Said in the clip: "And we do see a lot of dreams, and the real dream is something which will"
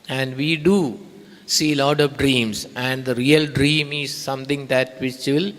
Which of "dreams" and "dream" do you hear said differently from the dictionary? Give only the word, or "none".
dreams